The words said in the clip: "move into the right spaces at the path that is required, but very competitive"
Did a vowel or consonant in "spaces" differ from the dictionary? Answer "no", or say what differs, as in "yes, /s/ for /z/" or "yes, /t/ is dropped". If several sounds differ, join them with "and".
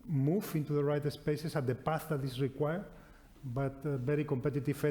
yes, /s/ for /z/